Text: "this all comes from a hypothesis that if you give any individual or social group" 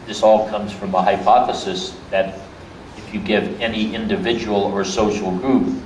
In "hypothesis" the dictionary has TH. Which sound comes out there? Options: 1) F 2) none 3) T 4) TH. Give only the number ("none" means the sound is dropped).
4